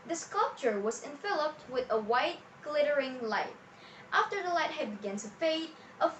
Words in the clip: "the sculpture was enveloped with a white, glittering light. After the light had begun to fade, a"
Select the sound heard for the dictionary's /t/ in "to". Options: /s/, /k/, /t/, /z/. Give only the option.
/s/